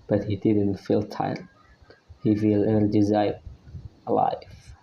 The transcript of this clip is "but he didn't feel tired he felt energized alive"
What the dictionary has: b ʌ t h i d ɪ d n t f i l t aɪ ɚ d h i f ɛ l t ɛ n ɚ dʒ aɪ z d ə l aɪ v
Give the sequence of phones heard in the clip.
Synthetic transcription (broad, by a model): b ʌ t h i d ɪ d n t f i l t aɪ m h i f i l ɛ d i z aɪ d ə l aɪ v